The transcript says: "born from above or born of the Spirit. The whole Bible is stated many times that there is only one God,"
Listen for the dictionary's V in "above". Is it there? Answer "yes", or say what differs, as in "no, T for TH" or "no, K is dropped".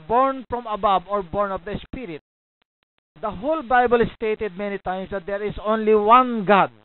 no, B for V